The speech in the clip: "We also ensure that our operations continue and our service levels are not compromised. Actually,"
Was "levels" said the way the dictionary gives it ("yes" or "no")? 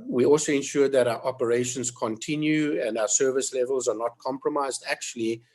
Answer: yes